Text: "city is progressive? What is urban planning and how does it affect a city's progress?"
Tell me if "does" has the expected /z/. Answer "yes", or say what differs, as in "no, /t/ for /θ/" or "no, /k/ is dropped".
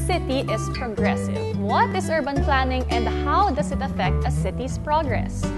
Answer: no, /s/ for /z/